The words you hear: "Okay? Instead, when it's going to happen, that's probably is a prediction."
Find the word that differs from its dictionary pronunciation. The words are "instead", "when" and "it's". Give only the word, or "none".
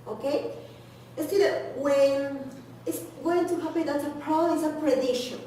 instead